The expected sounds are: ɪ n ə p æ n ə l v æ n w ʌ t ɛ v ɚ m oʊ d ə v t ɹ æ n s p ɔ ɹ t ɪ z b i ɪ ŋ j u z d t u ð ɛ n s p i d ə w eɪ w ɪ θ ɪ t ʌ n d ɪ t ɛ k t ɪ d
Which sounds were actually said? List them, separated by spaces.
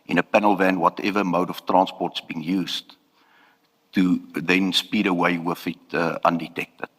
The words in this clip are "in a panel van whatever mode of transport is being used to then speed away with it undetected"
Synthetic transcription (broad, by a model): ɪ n ə p æ n ə l v æ n w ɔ t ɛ v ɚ m oʊ d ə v t ɹ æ n s p ɔ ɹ t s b i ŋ j u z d t u ð ɛ n s p i d ə w eɪ w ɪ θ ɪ t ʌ n d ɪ t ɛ k t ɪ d